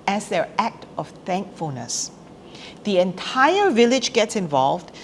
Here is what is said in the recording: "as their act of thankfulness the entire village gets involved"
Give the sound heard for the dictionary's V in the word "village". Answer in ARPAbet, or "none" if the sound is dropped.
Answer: V